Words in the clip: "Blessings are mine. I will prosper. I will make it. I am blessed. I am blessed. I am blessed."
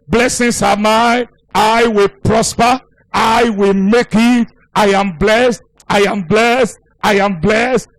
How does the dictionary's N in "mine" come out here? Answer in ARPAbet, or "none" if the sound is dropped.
none